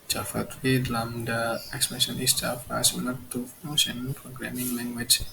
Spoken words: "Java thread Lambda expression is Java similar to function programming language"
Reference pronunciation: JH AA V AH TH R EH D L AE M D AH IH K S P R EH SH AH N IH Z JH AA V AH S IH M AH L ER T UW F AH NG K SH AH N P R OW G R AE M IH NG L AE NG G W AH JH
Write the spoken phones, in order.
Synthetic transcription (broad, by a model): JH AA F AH T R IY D L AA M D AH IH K S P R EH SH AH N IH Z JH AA F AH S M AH N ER T UW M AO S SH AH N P R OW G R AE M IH NG L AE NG G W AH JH